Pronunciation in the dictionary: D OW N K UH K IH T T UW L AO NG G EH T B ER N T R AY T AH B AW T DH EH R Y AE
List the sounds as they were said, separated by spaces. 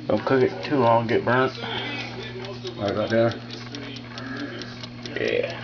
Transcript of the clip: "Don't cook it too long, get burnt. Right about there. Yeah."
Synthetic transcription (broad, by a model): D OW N K UH K IH T T UW L AO NG G EH T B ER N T W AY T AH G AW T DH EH R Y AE